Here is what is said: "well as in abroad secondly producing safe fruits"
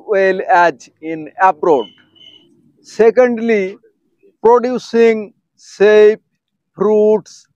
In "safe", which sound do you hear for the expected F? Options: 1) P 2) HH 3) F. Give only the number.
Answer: 1